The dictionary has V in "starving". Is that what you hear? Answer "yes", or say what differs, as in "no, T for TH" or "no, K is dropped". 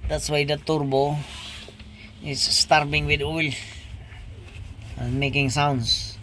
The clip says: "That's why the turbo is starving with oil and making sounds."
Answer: no, B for V